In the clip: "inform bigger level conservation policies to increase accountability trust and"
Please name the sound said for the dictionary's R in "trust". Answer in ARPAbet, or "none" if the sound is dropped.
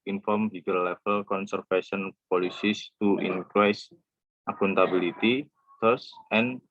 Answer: none